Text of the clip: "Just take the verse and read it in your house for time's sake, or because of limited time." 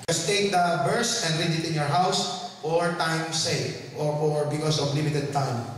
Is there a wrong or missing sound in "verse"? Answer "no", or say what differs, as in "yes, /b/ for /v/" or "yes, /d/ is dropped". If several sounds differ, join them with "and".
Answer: yes, /b/ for /v/